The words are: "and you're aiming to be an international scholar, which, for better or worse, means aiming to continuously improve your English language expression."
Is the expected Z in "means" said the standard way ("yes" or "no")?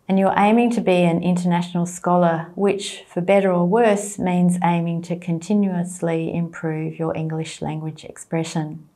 yes